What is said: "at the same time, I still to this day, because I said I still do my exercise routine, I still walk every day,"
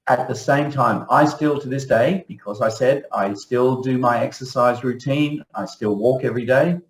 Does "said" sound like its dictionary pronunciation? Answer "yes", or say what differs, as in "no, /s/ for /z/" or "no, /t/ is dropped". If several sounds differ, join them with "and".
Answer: yes